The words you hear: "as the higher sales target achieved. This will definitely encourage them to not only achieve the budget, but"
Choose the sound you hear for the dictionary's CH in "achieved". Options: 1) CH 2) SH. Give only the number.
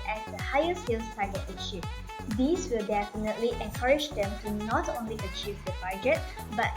2